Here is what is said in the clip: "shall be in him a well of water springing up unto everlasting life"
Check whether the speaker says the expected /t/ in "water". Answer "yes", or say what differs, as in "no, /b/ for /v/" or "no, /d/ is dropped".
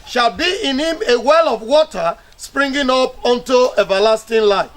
yes